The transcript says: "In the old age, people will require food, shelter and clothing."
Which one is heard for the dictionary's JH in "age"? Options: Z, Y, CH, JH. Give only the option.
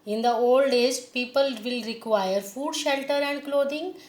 Z